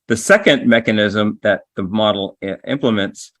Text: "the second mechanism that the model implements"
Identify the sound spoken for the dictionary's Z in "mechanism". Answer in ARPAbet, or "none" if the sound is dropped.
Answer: Z